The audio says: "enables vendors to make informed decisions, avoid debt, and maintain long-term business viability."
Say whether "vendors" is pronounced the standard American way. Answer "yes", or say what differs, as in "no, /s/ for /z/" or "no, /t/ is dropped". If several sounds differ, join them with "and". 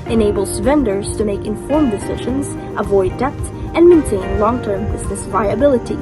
yes